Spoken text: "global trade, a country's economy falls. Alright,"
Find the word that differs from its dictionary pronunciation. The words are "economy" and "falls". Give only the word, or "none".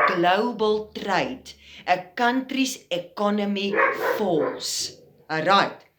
falls